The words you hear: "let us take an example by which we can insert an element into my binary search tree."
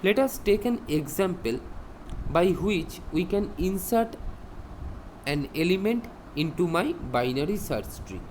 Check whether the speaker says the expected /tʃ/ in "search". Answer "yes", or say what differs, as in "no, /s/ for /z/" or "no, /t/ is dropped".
no, /s/ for /tʃ/